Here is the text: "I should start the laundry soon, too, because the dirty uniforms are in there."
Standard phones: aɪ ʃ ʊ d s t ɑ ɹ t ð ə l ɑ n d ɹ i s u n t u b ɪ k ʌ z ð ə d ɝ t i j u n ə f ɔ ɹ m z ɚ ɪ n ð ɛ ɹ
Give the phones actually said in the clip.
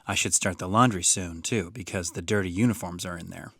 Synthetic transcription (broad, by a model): aɪ ʃ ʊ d s t ɑ ɹ t ð ə l ɑ n d ɹ i s u n t u b ɪ k ʌ z ð ə d ɝ t i j u n ə f ɔ ɹ m z ɚ ɪ n ð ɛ ɹ